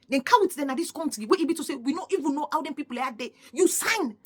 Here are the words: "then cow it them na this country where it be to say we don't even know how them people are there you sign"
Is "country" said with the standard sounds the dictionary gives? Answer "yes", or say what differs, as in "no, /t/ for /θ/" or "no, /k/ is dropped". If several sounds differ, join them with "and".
no, /ɹ/ is dropped